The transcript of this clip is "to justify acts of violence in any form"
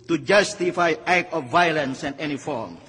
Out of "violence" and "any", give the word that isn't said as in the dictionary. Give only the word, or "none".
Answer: none